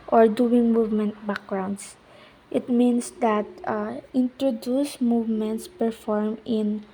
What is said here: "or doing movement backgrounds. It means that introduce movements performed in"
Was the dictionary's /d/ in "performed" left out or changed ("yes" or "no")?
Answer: yes